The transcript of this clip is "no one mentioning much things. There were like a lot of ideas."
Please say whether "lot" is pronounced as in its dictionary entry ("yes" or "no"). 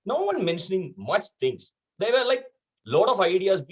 yes